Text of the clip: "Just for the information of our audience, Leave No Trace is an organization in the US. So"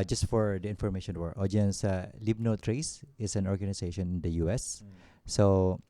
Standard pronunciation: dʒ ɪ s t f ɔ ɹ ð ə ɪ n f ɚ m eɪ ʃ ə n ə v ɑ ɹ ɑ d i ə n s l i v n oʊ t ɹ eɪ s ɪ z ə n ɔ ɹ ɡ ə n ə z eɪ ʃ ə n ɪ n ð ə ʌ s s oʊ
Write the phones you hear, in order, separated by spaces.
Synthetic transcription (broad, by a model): dʒ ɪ s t f ɔ ɹ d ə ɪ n f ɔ m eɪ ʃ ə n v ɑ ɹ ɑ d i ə n s l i b n oʊ t ɹ eɪ s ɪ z ə n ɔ ɹ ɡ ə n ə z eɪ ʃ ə n ɪ n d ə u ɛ s oʊ